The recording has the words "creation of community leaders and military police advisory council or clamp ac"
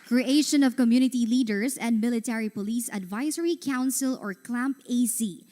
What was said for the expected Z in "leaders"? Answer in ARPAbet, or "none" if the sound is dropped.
S